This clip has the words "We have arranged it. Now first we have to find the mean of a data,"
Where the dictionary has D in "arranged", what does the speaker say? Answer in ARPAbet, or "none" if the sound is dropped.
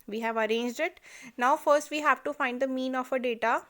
D